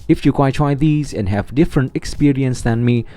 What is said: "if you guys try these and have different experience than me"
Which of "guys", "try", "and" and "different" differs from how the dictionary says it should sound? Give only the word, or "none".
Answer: guys